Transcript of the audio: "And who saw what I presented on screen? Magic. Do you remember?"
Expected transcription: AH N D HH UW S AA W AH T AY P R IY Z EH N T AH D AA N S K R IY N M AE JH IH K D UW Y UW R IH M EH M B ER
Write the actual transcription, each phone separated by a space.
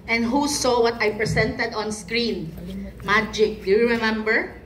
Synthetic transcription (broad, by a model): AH N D HH UW S AA W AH T AY P R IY S EH N T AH D AA N S K R IY N M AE JH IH K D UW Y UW R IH M EH M B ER